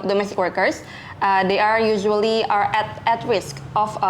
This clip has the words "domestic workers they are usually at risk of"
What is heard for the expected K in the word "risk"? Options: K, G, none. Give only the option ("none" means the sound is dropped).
K